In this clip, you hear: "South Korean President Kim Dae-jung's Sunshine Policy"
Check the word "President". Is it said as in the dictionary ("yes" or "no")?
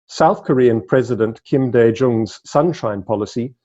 yes